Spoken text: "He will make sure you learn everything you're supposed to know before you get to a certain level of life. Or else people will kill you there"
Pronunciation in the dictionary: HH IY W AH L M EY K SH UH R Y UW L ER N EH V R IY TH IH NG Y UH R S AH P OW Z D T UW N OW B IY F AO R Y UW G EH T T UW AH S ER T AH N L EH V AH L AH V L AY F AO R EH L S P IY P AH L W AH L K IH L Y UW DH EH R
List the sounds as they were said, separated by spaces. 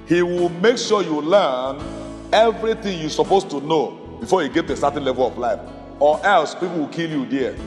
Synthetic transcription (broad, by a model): HH IY W AH L M EY K SH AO Y UW L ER N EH V R IY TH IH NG Y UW S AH P OW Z T UW N OW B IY F AO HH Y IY G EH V T UW AH S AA T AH N L EH V AH L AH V L AY F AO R EH L S P IY P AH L W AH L K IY L Y UW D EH